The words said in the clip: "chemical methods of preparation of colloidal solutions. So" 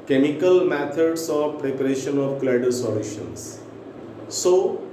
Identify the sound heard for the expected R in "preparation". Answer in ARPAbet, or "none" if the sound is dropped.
R